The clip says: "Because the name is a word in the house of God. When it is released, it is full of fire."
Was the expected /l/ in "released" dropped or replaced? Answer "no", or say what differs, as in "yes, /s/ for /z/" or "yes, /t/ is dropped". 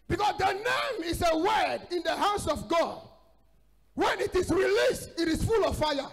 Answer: no